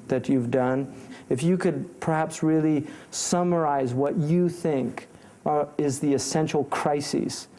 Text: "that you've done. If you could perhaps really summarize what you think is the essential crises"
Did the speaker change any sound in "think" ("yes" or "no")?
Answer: no